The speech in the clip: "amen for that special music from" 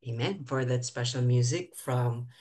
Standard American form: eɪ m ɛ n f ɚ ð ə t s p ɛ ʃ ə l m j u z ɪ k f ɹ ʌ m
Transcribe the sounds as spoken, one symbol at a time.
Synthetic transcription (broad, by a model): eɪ m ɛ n f ɚ ð ə t s p ɛ ʃ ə l m j u z ɪ k f ɹ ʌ m